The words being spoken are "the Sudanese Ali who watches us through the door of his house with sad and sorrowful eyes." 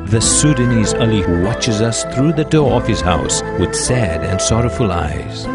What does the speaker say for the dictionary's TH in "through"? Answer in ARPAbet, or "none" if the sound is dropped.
TH